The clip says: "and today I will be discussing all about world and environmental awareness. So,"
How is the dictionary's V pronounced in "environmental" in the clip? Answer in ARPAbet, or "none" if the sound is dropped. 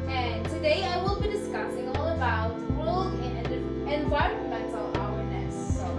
W